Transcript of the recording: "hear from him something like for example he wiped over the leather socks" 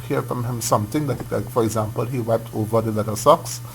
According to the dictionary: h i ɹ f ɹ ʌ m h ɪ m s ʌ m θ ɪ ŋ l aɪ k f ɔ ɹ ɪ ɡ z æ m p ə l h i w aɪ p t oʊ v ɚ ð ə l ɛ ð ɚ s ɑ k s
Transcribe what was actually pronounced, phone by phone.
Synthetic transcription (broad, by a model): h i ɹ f ɹ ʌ m h ɪ m s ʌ m t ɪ ŋ l aɪ k f ɔ ɹ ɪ ɡ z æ m p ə l h i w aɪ p t oʊ v ɚ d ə l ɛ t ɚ s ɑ k s